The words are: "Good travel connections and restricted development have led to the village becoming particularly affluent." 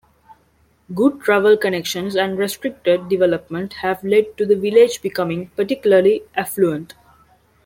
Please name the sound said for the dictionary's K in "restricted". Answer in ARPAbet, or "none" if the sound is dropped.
K